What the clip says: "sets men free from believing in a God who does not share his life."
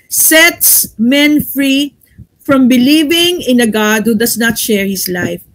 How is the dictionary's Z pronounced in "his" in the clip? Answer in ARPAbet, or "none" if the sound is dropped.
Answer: S